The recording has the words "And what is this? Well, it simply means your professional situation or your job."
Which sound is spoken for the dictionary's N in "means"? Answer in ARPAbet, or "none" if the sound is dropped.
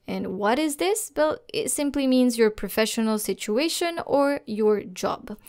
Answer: N